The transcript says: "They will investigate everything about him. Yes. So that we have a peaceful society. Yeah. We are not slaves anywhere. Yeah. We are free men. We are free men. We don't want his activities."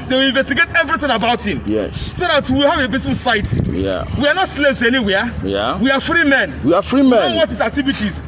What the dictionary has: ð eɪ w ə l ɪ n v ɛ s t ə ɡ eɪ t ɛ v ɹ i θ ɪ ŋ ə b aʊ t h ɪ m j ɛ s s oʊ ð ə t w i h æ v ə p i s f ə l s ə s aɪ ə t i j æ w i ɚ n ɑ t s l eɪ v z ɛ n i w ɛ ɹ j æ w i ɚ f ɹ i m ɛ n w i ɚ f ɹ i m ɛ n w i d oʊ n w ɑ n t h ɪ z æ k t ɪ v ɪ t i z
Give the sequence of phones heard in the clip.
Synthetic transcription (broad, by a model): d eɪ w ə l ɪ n v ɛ s t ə ɡ eɪ t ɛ v ɹ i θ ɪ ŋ ə b aʊ t h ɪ m j ɛ s s oʊ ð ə t w i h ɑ v ə b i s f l s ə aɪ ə t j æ w i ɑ n ɑ t s l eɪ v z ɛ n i w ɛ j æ w i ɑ f ɹ i m ɛ n w i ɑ f ɹ i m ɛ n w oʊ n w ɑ t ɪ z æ k t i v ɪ t i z